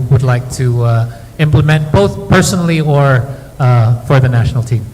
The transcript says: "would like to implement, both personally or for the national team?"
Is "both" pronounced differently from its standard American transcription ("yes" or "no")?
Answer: no